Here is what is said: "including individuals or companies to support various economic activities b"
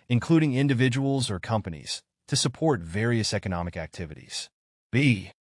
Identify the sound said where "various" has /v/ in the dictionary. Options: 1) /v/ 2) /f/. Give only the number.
1